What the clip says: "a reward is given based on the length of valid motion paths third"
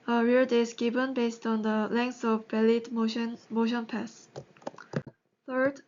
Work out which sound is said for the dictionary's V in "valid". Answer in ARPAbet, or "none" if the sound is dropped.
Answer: B